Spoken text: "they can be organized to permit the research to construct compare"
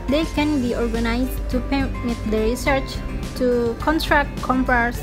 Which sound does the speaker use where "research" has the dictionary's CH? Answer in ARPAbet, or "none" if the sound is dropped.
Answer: CH